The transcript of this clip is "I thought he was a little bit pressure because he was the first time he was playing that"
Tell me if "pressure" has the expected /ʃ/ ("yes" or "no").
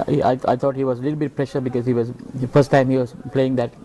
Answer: yes